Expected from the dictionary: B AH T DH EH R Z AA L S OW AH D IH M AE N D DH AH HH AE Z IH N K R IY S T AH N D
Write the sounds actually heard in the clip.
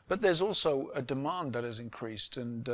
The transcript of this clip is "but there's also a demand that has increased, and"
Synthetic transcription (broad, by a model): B AH T DH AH R Z AA L S OW AH D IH M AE N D DH AH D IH Z IH N K R IY S T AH N